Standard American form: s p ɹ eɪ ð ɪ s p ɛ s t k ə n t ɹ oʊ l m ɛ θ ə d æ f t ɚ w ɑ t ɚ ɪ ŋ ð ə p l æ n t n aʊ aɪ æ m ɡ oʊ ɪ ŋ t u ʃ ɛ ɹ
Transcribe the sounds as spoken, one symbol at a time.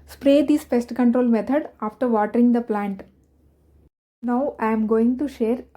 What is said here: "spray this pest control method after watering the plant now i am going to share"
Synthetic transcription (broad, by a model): s p ɹ eɪ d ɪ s f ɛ s t k ə n t ɹ oʊ l m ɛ t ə d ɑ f t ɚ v ɑ t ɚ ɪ ŋ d ə p l æ n t n aʊ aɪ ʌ m ɡ oʊ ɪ ŋ t u ʃ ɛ ɹ